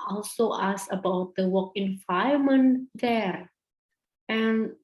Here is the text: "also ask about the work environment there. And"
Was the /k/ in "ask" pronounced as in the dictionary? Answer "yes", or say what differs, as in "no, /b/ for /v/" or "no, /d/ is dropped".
no, /k/ is dropped